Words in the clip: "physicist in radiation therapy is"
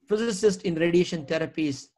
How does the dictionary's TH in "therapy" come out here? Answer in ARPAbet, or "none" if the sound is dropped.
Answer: T